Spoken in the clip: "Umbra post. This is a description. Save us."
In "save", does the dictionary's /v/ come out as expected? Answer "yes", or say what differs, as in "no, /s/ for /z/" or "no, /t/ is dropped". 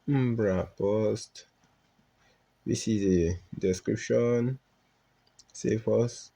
no, /f/ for /v/